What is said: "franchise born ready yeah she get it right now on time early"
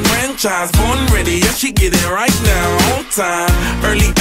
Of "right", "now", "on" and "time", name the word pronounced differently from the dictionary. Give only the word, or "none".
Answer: on